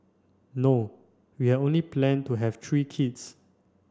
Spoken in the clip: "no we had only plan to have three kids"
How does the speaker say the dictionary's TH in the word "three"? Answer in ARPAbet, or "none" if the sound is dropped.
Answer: T